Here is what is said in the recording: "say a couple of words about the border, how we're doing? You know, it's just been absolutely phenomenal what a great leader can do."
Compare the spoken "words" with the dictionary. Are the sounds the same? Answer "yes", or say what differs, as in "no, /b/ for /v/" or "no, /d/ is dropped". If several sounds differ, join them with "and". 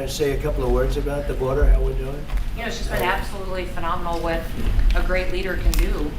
yes